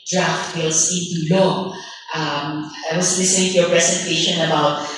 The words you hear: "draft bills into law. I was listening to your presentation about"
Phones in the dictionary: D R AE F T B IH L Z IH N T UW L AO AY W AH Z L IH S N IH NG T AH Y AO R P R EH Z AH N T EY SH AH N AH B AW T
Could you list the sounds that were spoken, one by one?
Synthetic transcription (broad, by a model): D R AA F T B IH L S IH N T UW L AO AY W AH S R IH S IH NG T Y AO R P R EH S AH N T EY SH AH N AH B AW T